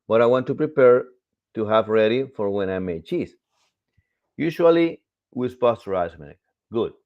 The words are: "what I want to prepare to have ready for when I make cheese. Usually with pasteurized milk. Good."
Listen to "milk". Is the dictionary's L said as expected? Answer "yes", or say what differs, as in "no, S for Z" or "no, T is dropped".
no, L is dropped